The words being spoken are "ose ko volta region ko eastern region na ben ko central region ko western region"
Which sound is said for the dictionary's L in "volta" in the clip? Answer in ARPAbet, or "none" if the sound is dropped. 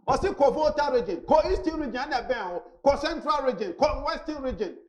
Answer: none